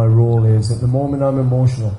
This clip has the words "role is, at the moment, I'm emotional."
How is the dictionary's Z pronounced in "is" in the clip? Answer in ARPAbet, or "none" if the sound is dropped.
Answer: Z